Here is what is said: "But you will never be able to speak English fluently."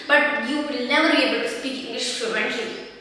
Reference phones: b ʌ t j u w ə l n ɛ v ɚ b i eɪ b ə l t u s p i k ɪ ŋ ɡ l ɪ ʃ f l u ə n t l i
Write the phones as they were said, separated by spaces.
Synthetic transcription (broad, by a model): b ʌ t j u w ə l n ɛ v ɚ b i eɪ b ə l t u s p i k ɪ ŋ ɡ l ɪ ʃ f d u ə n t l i